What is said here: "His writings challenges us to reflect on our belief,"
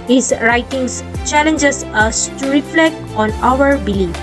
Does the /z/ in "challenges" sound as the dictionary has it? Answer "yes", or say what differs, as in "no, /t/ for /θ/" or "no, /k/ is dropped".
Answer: no, /s/ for /z/